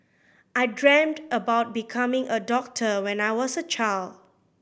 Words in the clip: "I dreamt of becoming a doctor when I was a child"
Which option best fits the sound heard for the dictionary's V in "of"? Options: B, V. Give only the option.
B